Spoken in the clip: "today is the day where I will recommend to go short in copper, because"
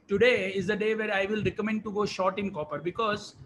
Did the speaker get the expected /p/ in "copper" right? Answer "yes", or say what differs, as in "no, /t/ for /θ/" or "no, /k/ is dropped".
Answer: yes